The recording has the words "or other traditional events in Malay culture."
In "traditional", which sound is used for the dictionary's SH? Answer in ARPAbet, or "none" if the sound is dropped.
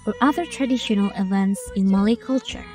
SH